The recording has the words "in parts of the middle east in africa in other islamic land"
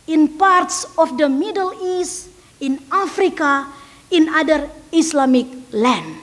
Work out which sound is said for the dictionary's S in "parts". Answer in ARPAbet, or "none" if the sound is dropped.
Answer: S